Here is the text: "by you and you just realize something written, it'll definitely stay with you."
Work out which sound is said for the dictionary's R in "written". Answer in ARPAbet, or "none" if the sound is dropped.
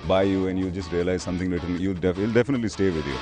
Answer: L